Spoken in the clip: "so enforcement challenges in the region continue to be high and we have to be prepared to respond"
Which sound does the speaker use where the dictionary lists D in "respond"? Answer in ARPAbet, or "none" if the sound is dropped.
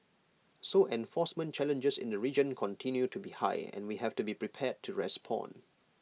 none